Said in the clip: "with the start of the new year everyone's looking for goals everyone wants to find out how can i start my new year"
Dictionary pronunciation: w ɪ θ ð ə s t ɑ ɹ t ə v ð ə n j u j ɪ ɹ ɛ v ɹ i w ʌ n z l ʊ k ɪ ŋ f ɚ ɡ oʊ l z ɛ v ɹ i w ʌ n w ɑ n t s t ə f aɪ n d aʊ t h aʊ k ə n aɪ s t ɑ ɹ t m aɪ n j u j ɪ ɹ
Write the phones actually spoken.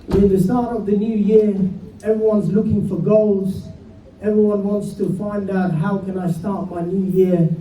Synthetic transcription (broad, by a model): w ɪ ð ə s t ɑ ɹ t ə v ð ə n j u j ɪ ɹ ɛ v ɹ i w ʌ n z l ʊ k ɪ ŋ f ɚ ɡ oʊ l z ɛ v ɹ i w ʌ n w ɑ n t s t ə f aɪ n d aʊ t h aʊ k ə n aɪ s t ɑ ɹ t m aɪ n j u j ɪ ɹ